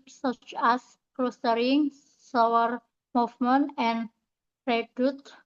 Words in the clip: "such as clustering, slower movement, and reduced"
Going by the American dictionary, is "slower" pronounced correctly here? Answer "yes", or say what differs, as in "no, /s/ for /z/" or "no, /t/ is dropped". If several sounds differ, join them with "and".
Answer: no, /l/ is dropped